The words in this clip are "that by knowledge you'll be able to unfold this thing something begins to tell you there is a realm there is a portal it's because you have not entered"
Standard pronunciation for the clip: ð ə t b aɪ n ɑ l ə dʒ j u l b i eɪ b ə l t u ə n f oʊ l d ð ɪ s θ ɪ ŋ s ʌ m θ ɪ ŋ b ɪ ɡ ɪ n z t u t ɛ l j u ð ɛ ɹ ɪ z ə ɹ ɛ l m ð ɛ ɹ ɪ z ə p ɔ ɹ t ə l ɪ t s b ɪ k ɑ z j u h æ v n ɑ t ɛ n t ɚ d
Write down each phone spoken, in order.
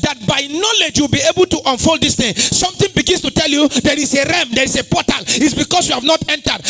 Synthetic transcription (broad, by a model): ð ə t b aɪ n ɑ l ə dʒ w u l b i eɪ b ə l t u ə n f oʊ l d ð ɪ s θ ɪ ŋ s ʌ m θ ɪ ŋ b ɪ ɡ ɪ n s t u t ɛ l j u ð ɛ ɹ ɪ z ə ɹ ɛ m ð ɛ ɹ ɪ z ə p ɔ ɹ t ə l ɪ t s b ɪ k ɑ s j u h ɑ v n ɑ t ɛ n t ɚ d